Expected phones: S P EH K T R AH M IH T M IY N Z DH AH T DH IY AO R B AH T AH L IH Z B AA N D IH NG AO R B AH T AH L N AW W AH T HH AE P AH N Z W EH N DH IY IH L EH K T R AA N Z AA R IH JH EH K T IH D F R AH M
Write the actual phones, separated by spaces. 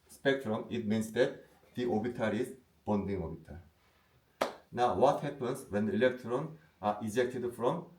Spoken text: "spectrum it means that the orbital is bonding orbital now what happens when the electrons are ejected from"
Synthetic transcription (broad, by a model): S P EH K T R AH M IH T M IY N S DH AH T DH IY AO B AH T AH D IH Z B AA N D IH NG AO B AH T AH N AW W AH T HH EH P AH N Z W EH N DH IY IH L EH K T R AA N AA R IH JH EH K T IH D F R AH M